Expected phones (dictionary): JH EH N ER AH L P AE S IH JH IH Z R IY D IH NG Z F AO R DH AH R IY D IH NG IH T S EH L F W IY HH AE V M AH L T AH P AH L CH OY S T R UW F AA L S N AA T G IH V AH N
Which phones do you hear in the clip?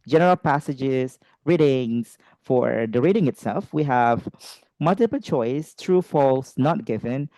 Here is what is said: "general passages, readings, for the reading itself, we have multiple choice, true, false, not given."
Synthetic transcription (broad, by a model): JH EH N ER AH L P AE S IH JH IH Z R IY D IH NG S F AO R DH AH R IY D IH NG IH T S EH L F W IY HH AE V M AH L T AH P AH L CH OY S T R UW F AA L S N AA T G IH V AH N